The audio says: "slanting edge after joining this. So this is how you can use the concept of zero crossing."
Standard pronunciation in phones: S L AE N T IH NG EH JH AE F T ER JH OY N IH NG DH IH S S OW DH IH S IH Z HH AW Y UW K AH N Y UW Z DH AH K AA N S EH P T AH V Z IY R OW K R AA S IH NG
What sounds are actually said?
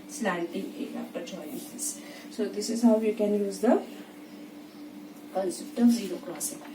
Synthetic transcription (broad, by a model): S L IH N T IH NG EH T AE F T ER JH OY IH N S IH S S OW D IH S IH Z HH AW Y UW K AH N Y UW Z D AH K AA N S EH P T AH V Z IY R OW K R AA S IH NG